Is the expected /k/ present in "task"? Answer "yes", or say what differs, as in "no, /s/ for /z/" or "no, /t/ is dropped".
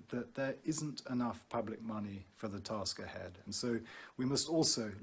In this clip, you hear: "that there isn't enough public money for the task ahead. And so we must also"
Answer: yes